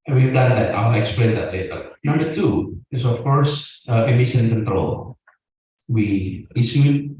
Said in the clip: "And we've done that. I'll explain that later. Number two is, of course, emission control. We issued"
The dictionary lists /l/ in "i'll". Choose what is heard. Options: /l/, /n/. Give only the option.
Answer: /n/